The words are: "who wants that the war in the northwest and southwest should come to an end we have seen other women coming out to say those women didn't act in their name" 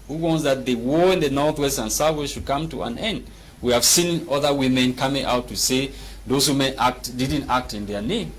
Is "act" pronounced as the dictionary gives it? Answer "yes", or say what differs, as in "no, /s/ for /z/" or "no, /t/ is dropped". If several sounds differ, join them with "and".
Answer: yes